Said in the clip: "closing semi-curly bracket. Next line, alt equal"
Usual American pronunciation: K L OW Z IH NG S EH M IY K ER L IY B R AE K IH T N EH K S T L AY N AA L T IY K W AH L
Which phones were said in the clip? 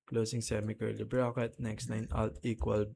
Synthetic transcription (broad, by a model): K L OW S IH NG S EH M IY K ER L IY B R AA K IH T N EH K S T N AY N AA L T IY K W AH L